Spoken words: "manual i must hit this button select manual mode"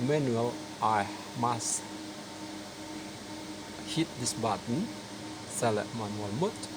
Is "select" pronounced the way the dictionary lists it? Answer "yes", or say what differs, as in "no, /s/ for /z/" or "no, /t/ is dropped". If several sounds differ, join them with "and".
no, /k/ is dropped